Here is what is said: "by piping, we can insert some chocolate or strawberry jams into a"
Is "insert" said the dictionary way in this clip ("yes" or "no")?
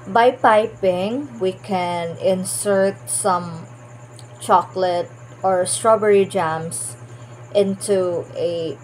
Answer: yes